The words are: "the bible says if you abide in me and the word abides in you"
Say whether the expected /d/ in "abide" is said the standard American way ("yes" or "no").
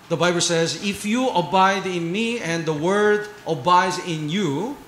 yes